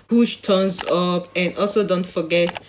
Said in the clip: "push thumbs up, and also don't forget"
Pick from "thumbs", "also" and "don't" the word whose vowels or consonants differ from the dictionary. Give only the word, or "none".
thumbs